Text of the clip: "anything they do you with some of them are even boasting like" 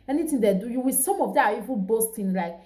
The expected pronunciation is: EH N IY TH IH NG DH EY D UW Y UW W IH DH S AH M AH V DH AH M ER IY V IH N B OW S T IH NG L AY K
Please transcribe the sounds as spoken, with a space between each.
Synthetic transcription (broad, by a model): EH N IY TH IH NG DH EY D UW Y UW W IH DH S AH M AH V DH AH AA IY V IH L B OW S T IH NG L AY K